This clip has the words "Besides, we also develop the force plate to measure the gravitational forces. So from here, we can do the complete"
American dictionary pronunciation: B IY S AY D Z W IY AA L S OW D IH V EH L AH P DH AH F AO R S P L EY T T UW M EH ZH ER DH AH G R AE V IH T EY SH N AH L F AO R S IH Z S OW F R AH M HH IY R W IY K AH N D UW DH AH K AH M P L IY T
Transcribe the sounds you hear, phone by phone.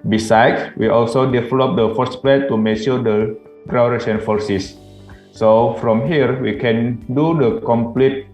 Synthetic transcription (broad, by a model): B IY S AY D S W IY AA L S OW D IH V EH L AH P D AH F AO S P L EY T T UW M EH SH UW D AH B R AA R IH S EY N F AO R S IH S S OW F R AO M HH IY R W IY K AH N D UW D AH K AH M P L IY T